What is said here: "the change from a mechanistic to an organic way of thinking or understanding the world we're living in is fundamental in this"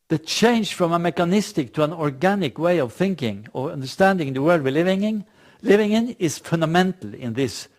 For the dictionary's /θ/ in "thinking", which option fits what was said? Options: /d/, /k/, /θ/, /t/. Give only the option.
/θ/